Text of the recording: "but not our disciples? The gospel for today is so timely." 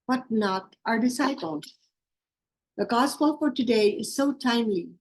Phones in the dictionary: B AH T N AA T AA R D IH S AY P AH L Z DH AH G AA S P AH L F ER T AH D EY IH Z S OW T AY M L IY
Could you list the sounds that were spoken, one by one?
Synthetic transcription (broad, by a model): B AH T N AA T AA R D IH S AY P AH L Z DH AH G AA S P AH L F ER T AH D EY IH Z S OW T AY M L IY